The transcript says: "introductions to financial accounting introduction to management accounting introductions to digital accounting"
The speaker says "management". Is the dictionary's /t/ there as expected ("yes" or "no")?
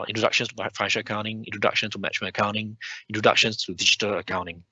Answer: no